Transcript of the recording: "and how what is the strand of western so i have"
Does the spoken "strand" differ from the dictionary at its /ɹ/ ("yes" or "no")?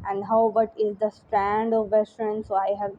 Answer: no